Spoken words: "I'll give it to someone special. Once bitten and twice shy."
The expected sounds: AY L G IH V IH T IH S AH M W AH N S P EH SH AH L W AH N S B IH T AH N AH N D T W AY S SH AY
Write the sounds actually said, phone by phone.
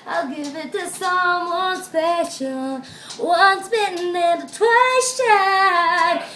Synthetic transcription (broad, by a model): AY L G IH V IH T IH S AH M W AH N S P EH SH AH N W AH N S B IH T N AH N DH T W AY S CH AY